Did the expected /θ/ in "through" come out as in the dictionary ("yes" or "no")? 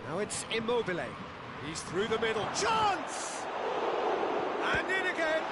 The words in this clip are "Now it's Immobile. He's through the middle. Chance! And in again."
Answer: yes